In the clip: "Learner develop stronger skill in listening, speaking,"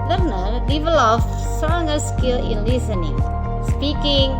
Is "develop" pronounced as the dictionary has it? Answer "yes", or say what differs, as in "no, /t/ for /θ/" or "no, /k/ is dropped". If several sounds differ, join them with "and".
no, /f/ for /p/